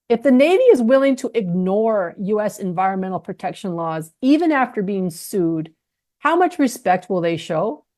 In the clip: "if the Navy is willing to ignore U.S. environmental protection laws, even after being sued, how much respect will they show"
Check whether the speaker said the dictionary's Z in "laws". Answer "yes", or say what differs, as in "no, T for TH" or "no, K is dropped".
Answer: yes